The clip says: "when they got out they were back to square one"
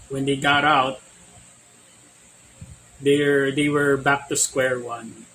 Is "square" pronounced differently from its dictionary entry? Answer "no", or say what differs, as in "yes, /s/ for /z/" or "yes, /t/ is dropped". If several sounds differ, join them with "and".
no